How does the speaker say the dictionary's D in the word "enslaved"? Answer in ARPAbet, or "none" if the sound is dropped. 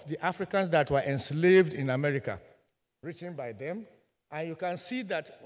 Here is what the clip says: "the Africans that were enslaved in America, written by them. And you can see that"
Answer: D